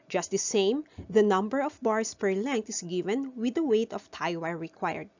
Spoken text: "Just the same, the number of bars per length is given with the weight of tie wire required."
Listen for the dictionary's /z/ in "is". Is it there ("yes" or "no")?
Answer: no